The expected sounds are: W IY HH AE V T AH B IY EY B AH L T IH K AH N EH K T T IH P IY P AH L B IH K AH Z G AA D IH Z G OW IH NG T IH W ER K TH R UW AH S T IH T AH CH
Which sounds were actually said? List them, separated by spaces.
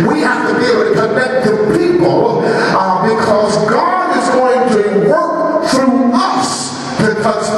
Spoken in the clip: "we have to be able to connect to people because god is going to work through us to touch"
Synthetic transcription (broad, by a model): W IY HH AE F T AH B IY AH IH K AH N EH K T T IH P IY P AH L B IH K AH Z G AA D IH Z G OW IH NG T IH W ER K TH R UW AH S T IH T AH